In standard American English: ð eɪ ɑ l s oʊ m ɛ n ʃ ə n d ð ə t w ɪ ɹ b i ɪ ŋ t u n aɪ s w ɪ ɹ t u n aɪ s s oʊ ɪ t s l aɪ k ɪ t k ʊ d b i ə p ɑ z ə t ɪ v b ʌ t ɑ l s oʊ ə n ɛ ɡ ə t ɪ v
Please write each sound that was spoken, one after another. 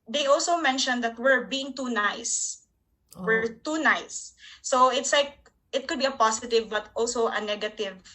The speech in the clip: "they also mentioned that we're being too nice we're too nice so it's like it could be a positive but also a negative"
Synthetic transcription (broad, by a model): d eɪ ɑ l s oʊ m ɛ n ʃ ə n d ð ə t w ɪ ɹ b i ɪ ŋ t u n aɪ s w ɪ ɹ t u n aɪ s s oʊ ɪ t s l aɪ k ɪ t k ʊ d b i ə p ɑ s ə t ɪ v b ʌ t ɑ l s oʊ ə n ɛ ɡ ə t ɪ v